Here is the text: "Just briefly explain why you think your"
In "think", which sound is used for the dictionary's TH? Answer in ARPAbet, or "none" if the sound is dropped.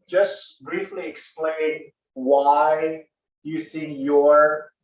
S